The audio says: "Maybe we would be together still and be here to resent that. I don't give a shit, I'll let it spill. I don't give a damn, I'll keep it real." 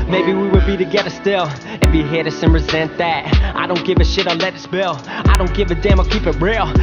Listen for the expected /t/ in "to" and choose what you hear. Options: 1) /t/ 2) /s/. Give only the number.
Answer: 2